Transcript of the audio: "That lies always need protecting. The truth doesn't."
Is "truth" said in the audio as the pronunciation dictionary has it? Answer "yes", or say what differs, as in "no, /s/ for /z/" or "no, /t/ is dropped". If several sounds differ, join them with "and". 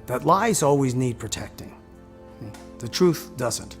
yes